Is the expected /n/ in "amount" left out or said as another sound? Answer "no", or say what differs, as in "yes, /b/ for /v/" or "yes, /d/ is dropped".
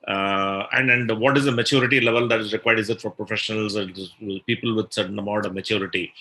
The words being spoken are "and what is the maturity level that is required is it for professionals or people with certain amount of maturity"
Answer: yes, /n/ is dropped